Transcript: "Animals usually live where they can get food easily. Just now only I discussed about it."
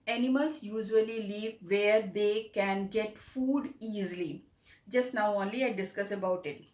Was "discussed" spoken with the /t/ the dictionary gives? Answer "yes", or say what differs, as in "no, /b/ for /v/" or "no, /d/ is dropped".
no, /t/ is dropped